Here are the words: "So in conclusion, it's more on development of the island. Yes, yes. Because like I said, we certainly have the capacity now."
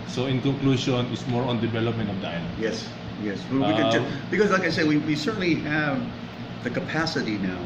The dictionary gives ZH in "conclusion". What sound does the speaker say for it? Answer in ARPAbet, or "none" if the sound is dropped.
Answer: SH